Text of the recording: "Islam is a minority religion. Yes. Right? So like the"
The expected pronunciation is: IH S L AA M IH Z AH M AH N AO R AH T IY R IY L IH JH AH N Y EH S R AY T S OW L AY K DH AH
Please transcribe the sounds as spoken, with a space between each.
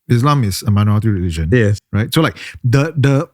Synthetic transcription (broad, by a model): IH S L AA M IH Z AH M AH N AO AH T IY R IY L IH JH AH N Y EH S R AY T S OW L AY K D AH